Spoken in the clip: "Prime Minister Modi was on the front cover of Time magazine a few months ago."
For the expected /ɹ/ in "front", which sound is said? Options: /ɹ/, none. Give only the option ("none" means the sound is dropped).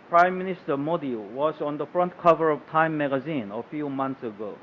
/ɹ/